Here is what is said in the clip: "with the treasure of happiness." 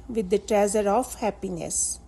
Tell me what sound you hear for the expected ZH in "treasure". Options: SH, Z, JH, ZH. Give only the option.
Z